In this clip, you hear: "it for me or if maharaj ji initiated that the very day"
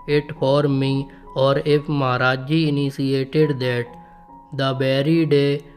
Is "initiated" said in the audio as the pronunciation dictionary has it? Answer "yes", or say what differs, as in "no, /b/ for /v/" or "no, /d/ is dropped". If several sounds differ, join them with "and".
no, /s/ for /ʃ/